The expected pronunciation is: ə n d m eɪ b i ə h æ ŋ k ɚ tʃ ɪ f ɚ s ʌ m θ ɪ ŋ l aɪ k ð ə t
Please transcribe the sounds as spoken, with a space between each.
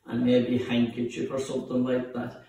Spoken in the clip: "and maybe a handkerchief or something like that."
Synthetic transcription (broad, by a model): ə n m eɪ b i h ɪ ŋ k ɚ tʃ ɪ p ɚ s ʌ m θ ɪ ŋ l aɪ k ð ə t